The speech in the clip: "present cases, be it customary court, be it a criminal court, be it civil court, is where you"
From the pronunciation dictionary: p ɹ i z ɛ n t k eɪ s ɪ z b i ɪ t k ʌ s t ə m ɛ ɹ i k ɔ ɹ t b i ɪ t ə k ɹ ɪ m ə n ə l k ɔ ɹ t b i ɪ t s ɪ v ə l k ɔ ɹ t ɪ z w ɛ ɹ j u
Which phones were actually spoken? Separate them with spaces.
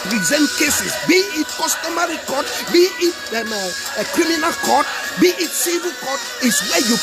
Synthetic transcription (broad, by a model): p ɹ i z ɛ n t k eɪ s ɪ s b i ɪ t k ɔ s t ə m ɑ ɹ i k ɔ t b i ɪ t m k ɹ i m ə n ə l k ɔ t b i ɪ t s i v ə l k ɔ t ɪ s w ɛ j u